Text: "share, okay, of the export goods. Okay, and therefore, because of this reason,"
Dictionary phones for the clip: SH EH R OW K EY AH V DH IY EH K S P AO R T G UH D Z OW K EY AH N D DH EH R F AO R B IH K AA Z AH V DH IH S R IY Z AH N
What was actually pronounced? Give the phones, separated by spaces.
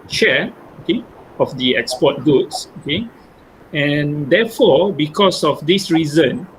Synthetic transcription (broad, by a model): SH EH OW K EY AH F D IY EH K S P AO T G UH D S OW K EY AH N D EH F AO B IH K AA S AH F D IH S R IY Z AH N